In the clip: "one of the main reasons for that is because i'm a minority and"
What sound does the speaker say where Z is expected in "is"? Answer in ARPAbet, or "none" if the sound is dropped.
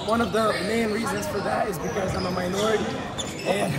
Z